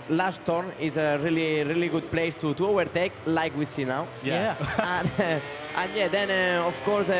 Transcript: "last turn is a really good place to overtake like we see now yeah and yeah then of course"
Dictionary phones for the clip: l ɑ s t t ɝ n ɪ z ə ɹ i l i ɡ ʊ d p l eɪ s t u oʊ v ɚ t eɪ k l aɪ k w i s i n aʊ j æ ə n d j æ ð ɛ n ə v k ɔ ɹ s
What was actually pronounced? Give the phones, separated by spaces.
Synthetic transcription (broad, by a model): l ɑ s t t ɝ ɪ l ə ɹ i l i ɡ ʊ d p l eɪ s t u oʊ v ɚ t eɪ k l aɪ k w i s i n aʊ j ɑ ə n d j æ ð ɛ n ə f k ɔ ɹ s